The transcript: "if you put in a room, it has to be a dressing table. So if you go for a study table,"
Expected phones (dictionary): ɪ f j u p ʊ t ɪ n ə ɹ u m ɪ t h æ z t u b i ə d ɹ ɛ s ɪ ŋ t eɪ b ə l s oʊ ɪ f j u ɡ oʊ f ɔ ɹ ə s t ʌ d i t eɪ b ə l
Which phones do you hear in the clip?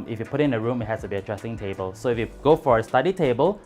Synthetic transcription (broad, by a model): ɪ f j u p ʊ t ɪ n ə ɹ u m ɪ t h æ s t u b i ə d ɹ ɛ s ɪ ŋ t eɪ b ə l s oʊ ɪ f j u ɡ oʊ f ɔ ɹ ə s t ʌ d i t eɪ b ə l